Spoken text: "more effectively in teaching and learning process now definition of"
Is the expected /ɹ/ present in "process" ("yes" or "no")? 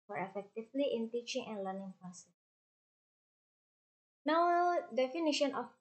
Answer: no